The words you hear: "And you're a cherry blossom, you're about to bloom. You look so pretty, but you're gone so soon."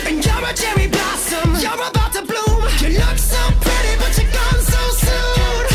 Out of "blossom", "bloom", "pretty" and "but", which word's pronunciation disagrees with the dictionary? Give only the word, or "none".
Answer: none